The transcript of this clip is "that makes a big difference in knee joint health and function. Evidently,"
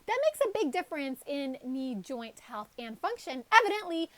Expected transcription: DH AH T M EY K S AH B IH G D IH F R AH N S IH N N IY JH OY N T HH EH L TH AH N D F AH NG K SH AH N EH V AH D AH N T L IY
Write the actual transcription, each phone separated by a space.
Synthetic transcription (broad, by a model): DH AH T M EY K S AH B IH G D IH F R AH N S IH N N IY JH OY N T HH EH L TH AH N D F AH NG K SH AH N EH V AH D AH N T L IY